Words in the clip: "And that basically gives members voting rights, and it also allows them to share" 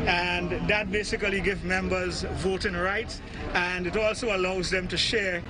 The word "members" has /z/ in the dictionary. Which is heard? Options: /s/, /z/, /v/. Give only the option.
/z/